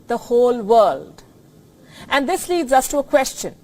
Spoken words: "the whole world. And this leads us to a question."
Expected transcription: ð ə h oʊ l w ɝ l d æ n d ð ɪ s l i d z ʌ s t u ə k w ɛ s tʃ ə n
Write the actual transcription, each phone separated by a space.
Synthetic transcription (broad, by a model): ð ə h oʊ l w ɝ l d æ n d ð ɪ s l i d z ʌ s t u ə k w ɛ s tʃ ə n